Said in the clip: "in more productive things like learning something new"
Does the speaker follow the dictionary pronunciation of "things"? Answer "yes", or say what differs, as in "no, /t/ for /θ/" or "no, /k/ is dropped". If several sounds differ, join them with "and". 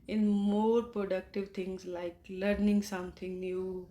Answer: no, /t/ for /θ/